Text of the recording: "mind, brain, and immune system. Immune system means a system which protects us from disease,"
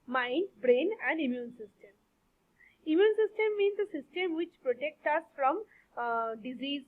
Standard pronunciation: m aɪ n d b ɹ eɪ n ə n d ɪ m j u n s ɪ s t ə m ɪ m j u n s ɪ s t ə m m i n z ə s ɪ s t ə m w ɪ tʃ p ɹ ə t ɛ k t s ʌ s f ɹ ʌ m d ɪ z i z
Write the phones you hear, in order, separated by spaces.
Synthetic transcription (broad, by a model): m aɪ n d b ɹ eɪ n ə n d ɪ m j u n s ɪ s t ə m ɪ m j u n s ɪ s t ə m m i n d ə s ɪ s t ə m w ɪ tʃ p ɹ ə t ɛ k t ʌ s f ɹ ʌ m d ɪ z i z